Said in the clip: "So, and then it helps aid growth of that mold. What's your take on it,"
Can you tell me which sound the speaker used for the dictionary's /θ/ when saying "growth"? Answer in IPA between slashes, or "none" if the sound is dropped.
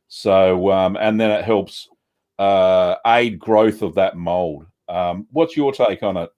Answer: /θ/